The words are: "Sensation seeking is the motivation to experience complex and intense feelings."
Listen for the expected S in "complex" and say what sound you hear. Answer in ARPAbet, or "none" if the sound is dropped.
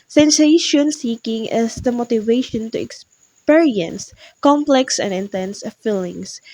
S